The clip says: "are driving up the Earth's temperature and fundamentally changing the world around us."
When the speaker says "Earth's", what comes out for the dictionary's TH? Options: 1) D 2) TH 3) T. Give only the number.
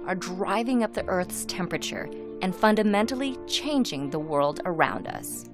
2